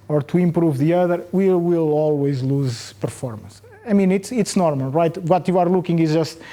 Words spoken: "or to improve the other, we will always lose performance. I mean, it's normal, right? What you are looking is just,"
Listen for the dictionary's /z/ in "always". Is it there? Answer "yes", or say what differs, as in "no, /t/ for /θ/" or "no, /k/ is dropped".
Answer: yes